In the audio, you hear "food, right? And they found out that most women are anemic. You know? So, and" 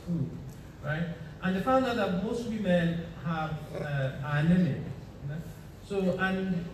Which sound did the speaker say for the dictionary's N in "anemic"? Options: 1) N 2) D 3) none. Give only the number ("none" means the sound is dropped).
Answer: 3